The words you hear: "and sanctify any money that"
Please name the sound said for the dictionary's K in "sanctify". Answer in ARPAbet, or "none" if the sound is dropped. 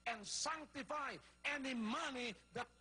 K